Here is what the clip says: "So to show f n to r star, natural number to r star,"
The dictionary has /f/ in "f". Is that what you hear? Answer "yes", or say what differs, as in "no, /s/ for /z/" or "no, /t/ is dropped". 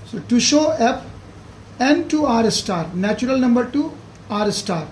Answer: no, /p/ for /f/